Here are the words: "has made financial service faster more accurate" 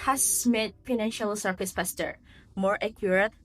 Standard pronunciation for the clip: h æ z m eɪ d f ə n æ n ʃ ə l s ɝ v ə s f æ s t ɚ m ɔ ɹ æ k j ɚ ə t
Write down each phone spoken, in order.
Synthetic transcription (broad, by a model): h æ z m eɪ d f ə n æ n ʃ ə l s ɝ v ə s p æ s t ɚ m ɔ ɹ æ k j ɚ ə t